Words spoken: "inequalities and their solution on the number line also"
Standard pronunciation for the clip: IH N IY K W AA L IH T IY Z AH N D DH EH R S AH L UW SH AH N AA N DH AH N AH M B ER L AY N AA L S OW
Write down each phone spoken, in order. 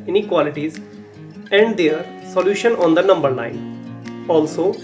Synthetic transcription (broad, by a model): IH N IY K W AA L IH T IY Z AH N D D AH R S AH L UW SH AH N AA N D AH N AH M B ER N AY N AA L S OW